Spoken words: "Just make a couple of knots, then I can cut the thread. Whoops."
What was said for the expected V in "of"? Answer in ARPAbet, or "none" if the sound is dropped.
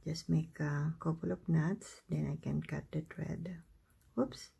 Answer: P